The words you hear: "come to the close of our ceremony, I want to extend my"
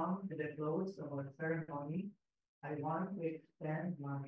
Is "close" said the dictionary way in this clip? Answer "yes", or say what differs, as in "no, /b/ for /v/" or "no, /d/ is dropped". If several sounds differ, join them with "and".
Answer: no, /s/ is dropped